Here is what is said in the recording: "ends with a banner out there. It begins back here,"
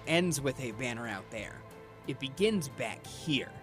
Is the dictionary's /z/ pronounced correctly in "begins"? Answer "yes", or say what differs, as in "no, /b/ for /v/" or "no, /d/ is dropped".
yes